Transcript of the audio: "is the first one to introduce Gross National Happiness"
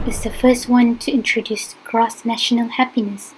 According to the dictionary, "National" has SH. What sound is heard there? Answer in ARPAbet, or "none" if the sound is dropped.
SH